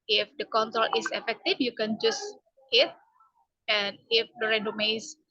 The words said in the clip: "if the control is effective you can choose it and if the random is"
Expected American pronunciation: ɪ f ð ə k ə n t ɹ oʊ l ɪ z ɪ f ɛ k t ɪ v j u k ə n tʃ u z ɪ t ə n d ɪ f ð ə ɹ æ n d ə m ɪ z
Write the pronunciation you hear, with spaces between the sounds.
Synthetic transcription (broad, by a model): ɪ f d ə k ə n t ɹ oʊ l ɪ s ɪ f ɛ k t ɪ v j u k ə n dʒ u s ɪ t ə n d ɪ f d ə ɹ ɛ d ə m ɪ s